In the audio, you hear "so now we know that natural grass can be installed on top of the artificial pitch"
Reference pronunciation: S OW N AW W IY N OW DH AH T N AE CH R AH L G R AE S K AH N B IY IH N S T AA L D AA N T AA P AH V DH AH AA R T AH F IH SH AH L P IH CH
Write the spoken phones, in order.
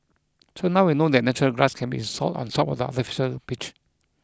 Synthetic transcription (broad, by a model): S OW N AW W IY N OW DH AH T N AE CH R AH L G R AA S K AH N B IY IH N S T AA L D AA N S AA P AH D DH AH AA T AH F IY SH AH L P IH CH